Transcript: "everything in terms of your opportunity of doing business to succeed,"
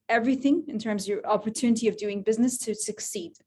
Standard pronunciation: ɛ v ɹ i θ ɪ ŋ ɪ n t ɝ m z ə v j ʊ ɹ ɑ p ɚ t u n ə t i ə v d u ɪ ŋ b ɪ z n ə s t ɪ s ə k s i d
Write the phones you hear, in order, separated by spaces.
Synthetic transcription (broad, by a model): ɛ v ɹ i θ ɪ ŋ ɪ n t ɝ m z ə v j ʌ ɹ ɑ p ɚ t u n ə t i ə v d u ɪ ŋ b ɪ z n ə s t ɪ s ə k s i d